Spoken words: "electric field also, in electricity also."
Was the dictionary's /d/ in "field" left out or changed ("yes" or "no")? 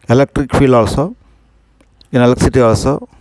yes